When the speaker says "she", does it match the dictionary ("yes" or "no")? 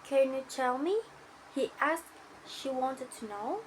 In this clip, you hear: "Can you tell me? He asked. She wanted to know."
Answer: yes